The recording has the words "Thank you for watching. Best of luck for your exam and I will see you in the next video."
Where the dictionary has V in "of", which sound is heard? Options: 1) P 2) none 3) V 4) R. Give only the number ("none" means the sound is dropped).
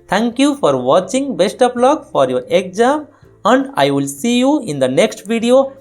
1